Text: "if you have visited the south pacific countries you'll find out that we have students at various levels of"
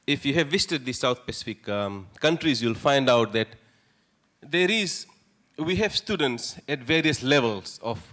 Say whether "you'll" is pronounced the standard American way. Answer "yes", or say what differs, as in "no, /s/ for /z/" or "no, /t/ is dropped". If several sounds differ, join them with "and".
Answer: yes